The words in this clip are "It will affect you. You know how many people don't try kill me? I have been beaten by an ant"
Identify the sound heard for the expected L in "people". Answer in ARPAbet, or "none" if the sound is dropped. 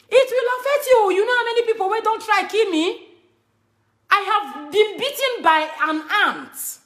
N